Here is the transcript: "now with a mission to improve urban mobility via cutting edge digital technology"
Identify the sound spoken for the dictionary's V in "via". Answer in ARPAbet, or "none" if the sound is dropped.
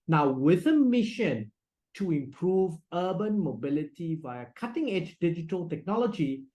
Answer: V